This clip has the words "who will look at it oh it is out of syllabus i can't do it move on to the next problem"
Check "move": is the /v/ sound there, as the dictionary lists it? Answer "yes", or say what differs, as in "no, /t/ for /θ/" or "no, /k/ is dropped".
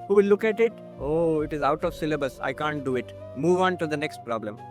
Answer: yes